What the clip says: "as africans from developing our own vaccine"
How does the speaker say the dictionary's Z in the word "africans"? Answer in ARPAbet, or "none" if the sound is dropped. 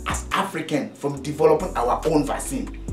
none